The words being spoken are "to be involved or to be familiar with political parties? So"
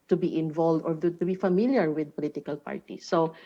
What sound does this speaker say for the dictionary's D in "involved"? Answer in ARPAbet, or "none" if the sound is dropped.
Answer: D